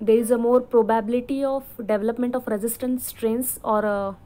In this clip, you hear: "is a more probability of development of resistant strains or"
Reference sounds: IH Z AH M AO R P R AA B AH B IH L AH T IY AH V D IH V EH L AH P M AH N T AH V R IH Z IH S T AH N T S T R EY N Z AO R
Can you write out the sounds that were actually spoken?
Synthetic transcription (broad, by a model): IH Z AH M AO R P R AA B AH B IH L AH T IY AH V D IH V EH L AH P M AH N T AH F R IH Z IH S T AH N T S T R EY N S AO R